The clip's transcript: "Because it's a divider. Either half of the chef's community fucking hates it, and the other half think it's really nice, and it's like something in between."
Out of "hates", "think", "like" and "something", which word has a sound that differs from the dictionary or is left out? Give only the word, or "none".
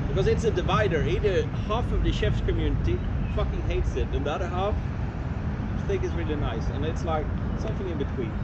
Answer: none